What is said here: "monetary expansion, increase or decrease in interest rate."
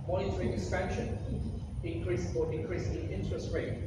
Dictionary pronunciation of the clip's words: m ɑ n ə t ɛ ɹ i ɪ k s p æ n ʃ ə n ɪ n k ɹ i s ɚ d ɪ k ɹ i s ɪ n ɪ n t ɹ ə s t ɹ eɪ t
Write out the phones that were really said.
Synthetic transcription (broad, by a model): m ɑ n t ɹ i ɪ s f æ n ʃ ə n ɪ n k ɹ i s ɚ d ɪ k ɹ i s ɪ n ɪ n t ɹ ə s t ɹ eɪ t